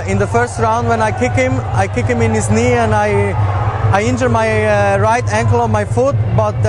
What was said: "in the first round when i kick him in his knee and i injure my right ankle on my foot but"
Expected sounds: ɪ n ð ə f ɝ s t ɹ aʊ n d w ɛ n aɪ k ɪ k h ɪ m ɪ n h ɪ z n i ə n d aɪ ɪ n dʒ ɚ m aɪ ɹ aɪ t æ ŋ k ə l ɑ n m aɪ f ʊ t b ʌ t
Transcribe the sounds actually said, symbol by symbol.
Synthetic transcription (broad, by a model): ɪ n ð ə f ɝ s t ɹ aʊ n d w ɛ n aɪ k ɪ k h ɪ m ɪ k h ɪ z n i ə n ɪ aɪ ɪ n dʒ ɚ m aɪ ɹ aɪ t æ ŋ k ə l ɑ n m aɪ f ʊ t b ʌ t